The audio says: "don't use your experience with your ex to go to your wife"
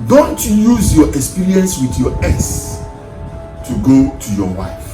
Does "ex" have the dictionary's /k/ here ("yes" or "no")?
no